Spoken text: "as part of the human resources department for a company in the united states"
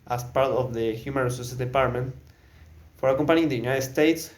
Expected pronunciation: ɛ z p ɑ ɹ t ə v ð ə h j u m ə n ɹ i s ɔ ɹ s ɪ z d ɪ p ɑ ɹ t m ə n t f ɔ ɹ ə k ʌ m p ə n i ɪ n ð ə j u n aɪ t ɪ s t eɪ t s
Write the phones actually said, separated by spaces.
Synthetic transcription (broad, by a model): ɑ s p ɑ ɹ t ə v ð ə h j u m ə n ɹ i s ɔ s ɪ d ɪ p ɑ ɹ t m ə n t f ɔ ɹ ə k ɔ m p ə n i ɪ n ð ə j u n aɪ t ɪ s t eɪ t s